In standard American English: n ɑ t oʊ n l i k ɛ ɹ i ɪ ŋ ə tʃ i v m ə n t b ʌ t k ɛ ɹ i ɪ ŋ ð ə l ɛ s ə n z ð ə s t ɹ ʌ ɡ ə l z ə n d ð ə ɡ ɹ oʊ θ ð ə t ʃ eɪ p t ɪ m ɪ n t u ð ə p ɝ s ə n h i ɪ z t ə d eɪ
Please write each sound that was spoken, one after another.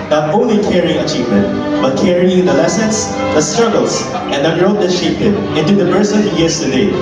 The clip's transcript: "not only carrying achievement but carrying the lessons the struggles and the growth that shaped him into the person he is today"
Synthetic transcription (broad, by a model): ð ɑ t oʊ n l i k ɛ ɹ i ɪ ŋ ə tʃ i v m ə n t b ʌ t k ɛ ɹ i ɪ ŋ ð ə l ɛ s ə n s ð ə s t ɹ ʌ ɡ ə l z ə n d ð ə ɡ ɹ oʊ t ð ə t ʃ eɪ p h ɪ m ɪ n t u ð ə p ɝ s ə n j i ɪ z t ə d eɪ